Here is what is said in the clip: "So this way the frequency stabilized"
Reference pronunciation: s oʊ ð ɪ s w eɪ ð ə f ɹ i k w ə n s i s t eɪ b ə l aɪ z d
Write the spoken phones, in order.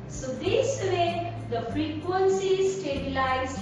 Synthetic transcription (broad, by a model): s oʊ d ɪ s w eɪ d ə f ɹ i k w ə n s i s t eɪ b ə l aɪ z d